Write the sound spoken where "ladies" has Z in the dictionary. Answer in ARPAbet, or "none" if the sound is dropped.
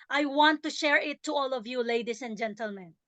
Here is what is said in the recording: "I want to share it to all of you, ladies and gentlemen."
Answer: S